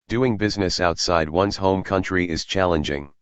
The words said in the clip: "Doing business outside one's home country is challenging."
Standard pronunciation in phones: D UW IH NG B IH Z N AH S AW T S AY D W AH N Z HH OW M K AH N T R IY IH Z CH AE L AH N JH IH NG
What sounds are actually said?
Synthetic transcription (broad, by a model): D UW IH NG B IH Z N AH S AW T S AY D W AH N Z HH OW M K AH N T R IY IH Z CH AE L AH N JH IH NG